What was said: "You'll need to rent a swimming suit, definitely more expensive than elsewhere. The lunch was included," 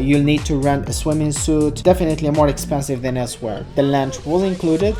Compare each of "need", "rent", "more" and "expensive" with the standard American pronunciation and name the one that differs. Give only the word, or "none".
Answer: rent